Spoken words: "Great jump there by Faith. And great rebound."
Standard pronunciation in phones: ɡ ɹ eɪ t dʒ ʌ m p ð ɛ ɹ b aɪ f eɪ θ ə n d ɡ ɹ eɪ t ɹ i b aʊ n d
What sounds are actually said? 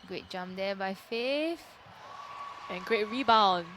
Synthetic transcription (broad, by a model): ɡ ɹ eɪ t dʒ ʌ m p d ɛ b aɪ f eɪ f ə n ɡ ɹ eɪ t ɹ i b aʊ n